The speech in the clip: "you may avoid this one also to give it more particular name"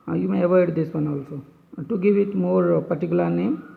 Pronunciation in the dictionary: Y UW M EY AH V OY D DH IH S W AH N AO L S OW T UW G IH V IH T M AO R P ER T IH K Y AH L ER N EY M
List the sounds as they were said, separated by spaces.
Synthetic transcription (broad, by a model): Y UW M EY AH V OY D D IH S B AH N AO L S OW T UW G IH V IH T M AO R P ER T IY K Y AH L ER N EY M